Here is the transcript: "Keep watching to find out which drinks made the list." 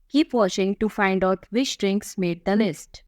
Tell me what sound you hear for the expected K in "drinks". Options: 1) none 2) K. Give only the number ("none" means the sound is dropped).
2